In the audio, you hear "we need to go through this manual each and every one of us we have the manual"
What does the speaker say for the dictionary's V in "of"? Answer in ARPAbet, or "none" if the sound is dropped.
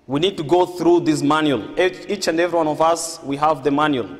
V